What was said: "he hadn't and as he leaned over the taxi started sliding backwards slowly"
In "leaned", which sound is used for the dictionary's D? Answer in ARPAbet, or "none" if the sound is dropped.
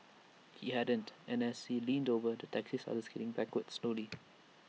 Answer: D